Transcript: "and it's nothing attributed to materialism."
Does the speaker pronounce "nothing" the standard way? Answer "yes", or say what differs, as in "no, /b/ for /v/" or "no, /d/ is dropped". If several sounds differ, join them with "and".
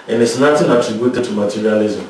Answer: no, /t/ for /θ/